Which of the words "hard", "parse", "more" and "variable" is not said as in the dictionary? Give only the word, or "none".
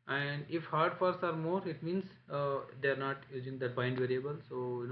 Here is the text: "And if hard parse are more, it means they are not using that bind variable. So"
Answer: parse